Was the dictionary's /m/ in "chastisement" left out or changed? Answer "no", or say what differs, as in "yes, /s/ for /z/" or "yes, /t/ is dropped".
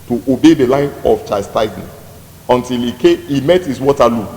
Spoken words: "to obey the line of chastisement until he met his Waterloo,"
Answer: yes, /m/ is dropped